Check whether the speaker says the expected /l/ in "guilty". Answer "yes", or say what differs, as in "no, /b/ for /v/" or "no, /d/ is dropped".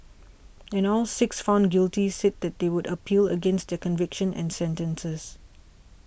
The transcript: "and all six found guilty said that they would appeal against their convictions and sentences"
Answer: yes